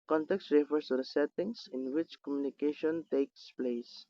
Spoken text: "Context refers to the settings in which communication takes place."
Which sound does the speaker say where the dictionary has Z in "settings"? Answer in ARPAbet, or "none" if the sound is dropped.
S